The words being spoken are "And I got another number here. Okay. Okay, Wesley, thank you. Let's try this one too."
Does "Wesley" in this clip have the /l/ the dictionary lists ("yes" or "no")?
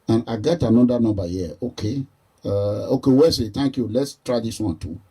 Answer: no